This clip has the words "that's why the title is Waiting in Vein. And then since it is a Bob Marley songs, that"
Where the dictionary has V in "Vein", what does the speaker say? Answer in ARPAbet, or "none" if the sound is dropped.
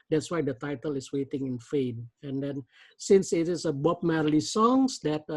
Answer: F